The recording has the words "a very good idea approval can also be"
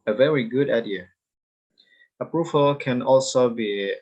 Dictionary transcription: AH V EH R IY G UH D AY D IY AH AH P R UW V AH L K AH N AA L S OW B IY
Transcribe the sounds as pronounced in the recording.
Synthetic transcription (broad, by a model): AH V EH R IY G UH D AY D IY AH AH P R UW V AH L K AH N AA L S OW B IY